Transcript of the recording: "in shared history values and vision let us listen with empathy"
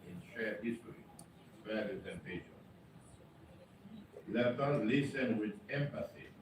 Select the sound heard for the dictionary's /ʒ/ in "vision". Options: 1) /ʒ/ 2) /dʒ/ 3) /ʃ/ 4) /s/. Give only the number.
3